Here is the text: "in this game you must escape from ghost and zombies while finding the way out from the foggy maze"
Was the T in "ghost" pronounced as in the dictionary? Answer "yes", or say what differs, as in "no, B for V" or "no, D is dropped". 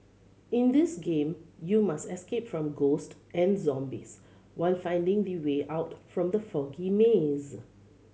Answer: yes